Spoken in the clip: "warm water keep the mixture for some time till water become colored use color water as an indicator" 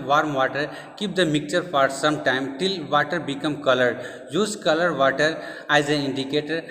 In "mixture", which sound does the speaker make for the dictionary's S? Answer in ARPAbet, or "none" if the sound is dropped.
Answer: none